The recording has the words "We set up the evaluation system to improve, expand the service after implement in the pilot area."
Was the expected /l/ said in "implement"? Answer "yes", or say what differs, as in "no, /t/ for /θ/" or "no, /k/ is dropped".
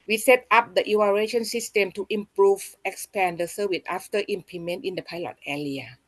no, /l/ is dropped